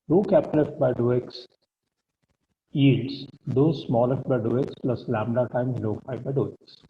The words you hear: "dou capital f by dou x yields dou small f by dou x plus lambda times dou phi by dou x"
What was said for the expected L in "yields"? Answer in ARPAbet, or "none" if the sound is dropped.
none